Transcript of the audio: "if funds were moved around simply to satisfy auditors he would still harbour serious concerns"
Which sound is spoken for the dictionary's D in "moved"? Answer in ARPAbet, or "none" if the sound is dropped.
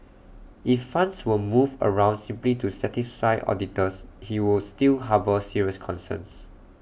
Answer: none